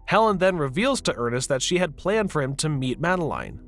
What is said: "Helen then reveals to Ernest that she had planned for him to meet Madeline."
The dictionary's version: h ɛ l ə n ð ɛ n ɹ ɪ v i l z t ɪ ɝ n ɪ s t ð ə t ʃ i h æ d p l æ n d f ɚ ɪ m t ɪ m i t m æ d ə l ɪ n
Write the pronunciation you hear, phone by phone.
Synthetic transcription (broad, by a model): h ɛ l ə n ð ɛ n ɹ ɪ v i l z t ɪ ɝ n ɪ s t ð ə t ʃ i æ d p l æ n d f ɚ ɪ m t ɪ m i t m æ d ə l ɪ n